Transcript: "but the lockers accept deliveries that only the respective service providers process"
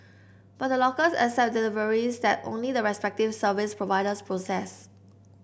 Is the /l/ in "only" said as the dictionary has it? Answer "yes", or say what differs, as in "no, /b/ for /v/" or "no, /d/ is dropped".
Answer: yes